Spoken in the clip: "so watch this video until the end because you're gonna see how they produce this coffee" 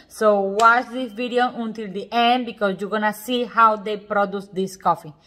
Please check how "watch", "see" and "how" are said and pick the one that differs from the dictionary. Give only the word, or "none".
watch